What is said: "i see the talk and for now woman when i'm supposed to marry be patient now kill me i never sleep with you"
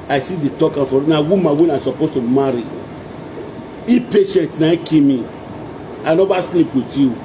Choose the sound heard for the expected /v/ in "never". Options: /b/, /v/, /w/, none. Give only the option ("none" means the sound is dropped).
/b/